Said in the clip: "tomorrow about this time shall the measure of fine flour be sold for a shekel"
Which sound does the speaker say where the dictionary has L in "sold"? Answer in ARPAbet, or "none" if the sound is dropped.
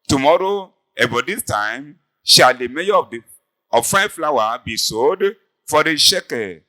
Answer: none